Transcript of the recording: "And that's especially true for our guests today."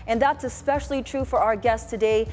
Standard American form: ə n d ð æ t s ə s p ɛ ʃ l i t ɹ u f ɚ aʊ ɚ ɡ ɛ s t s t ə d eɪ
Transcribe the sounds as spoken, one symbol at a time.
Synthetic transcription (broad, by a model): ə n ð æ t s ə s p ɛ ʃ l i t ɹ u f ɚ aʊ ɚ ɡ ɛ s s t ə d eɪ